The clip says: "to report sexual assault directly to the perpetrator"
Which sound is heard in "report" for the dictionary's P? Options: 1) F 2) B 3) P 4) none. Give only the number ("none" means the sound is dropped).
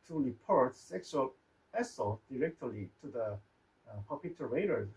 3